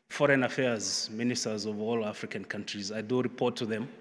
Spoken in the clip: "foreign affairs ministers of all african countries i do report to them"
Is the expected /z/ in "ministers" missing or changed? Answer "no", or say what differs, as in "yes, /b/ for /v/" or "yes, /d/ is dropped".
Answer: no